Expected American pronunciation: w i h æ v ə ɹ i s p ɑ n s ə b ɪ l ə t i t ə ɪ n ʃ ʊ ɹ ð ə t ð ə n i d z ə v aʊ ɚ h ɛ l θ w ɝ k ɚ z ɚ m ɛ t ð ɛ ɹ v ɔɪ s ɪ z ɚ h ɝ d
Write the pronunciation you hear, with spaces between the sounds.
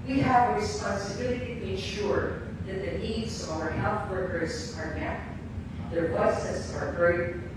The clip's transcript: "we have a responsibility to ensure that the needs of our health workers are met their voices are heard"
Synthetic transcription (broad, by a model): w i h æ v ə ɹ i s p ɑ n s ə b ɪ l ə t i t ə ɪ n ʃ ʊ ɹ ð ə t ð ə n i d z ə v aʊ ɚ h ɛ l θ w ɝ k ɚ z ɚ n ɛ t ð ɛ ɹ w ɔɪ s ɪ s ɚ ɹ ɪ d